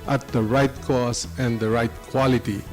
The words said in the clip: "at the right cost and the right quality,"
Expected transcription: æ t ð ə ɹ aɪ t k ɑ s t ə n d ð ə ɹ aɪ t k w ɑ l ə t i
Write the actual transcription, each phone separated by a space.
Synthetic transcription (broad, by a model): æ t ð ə ɹ aɪ t k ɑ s ə n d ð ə ɹ aɪ t k w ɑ l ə t i